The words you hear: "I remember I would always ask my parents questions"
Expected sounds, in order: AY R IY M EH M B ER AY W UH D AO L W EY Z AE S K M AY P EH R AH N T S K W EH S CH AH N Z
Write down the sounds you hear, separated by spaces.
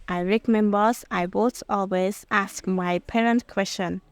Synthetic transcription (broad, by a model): AY R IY M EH M B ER AY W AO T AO L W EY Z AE S K M AY P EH R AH N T K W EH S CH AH N